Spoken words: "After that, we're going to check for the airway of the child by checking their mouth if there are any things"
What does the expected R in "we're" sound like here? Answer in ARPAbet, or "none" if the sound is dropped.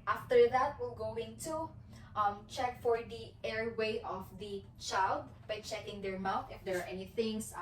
L